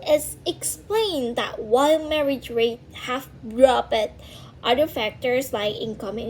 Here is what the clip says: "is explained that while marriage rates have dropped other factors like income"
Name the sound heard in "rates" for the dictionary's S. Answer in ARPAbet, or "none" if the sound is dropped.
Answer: none